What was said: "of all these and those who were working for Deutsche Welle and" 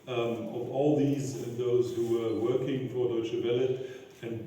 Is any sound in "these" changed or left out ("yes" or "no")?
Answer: no